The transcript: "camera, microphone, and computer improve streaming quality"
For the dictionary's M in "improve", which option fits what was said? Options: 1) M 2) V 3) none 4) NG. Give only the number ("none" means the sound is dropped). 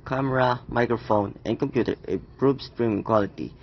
3